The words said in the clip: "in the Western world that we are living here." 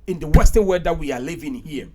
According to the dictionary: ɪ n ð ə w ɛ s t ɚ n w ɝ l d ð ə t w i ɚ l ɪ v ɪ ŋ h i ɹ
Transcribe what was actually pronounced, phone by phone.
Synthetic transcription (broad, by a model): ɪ n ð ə w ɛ s t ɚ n w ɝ d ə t w i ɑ l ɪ v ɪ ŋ h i